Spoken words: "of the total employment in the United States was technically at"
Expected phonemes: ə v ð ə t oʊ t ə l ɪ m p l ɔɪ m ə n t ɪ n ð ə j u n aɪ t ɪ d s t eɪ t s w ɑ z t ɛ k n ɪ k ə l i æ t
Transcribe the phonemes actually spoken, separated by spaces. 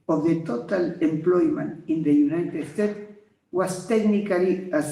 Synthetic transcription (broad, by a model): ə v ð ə t oʊ t ə l ɪ m p l ɔɪ m ə n t ɪ n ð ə j u n aɪ t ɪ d s t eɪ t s w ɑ s t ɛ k n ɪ k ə l i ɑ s